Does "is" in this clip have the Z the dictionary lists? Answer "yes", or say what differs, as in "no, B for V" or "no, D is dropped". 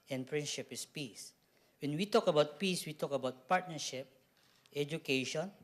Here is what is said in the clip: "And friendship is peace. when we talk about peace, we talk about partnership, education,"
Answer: no, S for Z